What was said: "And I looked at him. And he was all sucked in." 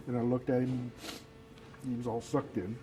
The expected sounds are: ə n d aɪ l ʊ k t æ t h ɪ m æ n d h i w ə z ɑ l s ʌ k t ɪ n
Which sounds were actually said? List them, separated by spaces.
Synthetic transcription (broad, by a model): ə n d aɪ l ʊ k t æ t h ɪ m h i w ə z ɑ l s ʌ k t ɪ n